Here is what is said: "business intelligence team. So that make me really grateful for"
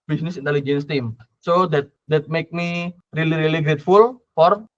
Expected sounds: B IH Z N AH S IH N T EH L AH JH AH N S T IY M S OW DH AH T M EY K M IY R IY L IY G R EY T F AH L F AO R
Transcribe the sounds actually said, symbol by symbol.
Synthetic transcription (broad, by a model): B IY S N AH S IH N T EH L AH JH AH N S T IY M S OW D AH T M EY K M IY R IY L IY G R EY T F AH L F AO R